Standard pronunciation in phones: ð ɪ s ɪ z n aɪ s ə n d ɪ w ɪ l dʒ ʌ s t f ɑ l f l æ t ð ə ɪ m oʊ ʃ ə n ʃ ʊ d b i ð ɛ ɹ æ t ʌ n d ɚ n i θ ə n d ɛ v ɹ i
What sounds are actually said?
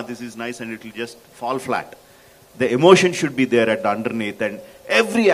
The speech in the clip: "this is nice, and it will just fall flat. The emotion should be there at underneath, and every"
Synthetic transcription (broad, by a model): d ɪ s ɪ z n aɪ s ə n d ɪ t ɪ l dʒ ʌ s t f ɑ l f l æ t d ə ɪ m oʊ ʃ ə n ʃ ʊ d b i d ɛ ɹ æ t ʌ n d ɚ n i t ə n d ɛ v ɹ i